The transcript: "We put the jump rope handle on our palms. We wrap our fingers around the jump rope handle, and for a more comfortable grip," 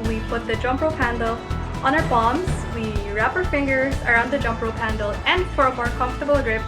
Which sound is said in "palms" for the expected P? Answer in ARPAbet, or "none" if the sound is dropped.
B